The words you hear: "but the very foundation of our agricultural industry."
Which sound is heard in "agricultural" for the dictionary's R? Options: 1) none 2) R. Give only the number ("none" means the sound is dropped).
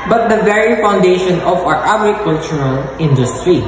1